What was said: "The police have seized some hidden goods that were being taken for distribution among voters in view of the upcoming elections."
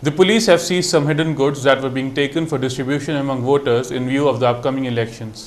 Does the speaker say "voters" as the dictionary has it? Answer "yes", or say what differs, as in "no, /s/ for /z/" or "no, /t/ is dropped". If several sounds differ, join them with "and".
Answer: yes